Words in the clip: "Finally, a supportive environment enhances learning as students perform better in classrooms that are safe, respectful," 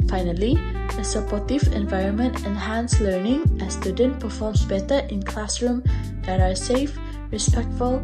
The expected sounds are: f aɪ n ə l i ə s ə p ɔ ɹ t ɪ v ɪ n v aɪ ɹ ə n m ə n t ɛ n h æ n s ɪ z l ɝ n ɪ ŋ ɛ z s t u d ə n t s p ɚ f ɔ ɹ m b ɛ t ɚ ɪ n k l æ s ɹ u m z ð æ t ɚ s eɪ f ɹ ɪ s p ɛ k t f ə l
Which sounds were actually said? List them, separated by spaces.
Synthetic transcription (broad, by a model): f aɪ n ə l i ə s ə p ɔ ɹ t ɪ v ɪ n v aɪ ɹ ə n m ə n t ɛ n h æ n s l ɝ n ɪ ŋ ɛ s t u d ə n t p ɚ f ɔ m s b ɛ t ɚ ɪ n k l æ s ɹ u m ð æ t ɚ s eɪ f ɹ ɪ s p ɛ k t f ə l